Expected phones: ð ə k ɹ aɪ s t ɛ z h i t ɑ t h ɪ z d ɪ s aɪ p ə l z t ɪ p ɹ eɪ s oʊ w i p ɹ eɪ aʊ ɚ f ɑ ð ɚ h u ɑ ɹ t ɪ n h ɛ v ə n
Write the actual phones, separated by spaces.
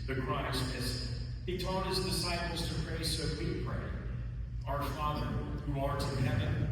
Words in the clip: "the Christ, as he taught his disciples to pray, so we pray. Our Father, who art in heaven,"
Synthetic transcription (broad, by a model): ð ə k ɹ aɪ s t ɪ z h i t ɑ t h ɪ z d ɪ s aɪ p l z t ɪ p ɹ eɪ s oʊ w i p ɹ eɪ aʊ ɚ f ɑ ð ɚ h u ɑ ɹ t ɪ h ɛ v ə n